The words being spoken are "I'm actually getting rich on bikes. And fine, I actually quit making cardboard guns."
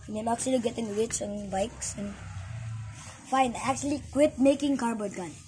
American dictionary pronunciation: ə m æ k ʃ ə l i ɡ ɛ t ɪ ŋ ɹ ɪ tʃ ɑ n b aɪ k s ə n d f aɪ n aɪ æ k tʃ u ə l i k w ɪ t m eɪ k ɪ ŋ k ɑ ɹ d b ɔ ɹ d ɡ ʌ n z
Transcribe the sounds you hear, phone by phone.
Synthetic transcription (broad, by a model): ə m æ k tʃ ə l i ɡ ɛ t ɪ ŋ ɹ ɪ tʃ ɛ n b aɪ k s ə n f aɪ n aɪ æ k tʃ u ə l i k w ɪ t m eɪ k ɪ ŋ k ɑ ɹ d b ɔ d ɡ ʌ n